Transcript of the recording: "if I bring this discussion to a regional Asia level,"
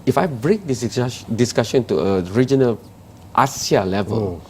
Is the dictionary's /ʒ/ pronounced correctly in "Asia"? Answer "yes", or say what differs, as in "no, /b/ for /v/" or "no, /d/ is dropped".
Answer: no, /s/ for /ʒ/